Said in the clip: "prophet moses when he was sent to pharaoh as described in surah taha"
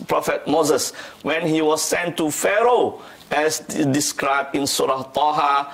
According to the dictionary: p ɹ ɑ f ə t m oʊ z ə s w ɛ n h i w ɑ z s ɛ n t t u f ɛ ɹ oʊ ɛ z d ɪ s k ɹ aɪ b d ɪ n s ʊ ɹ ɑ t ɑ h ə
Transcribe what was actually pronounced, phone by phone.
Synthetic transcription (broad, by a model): p ɹ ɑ f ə t m oʊ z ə s w ɛ n h i w ɑ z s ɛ n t t u f ɛ ɹ oʊ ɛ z d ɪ s k ɹ aɪ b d ɪ n s ʊ ɹ ɑ t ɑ h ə